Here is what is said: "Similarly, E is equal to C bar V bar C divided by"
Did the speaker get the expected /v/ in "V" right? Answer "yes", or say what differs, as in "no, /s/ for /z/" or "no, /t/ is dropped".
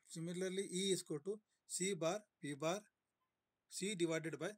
no, /p/ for /v/